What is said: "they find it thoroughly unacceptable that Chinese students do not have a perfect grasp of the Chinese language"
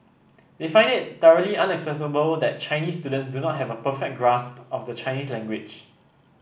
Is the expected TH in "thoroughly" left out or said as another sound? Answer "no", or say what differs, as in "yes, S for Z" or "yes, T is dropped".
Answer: yes, T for TH